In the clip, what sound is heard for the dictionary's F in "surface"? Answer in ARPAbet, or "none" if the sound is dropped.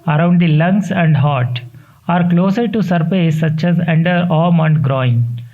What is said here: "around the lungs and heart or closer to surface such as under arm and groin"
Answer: P